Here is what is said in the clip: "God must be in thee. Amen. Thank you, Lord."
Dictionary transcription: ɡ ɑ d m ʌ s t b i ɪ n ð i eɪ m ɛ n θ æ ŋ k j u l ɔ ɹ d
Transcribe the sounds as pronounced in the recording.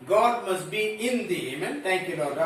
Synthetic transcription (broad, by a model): ɡ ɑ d m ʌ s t b i ɪ n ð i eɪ m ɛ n t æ ŋ k j u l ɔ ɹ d